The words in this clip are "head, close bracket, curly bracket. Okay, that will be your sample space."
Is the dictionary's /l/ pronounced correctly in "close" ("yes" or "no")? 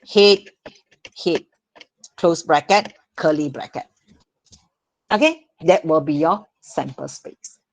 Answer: yes